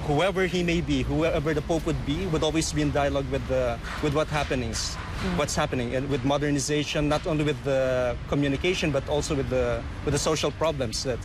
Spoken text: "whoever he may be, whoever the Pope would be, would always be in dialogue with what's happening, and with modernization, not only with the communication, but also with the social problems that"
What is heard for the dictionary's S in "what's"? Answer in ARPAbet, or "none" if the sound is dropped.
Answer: none